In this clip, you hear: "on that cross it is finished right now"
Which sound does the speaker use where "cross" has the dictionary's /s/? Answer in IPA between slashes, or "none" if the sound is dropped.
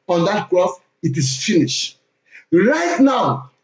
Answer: /θ/